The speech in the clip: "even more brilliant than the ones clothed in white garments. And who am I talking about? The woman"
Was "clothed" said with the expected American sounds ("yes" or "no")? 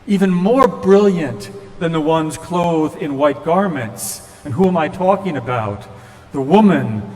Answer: no